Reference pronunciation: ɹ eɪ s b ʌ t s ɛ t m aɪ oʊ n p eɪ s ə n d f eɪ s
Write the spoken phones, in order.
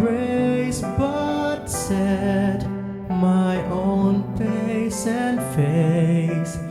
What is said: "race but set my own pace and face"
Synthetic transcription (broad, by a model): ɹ eɪ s b ʌ t s ɛ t m aɪ oʊ n f eɪ s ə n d f eɪ s